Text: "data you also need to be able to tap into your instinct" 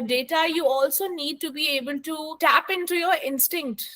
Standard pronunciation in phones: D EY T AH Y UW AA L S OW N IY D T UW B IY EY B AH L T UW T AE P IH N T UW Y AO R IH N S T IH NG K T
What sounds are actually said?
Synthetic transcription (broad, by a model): D EY T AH Y UW AA L S OW N IY D T UW B IY EY B AH L T UW T AE P IH N T UW Y AO R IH N S T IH NG K T